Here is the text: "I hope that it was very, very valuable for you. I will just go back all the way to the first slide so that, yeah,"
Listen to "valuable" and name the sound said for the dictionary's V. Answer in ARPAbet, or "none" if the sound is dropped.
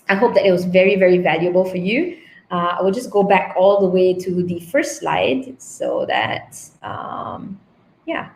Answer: V